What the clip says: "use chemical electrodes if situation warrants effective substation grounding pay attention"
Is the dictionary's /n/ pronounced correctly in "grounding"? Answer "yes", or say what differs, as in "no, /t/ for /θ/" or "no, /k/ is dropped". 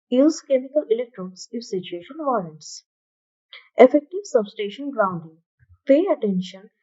yes